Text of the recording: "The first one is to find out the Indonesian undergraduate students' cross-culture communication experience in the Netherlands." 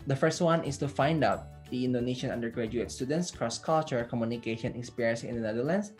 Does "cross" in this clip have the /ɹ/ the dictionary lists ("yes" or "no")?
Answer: yes